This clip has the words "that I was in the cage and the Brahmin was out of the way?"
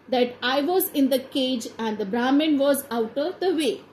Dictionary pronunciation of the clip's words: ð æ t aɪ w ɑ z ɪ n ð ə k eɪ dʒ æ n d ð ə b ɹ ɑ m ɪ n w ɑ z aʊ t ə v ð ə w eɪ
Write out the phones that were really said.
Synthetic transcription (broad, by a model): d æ t aɪ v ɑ z ɪ n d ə k eɪ dʒ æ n d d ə b ɹ ɑ m ɪ n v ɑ z aʊ t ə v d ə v eɪ